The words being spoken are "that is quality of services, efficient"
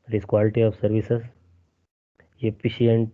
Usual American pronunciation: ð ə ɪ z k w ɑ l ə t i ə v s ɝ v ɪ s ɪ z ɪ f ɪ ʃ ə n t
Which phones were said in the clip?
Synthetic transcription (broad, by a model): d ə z k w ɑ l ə t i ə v s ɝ v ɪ s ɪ s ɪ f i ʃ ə n t